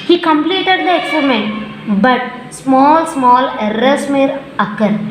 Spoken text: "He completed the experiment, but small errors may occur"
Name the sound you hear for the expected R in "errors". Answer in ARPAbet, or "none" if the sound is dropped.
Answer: L